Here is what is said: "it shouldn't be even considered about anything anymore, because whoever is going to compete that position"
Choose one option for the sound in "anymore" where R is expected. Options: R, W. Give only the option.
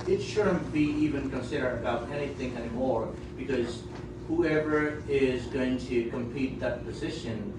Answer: R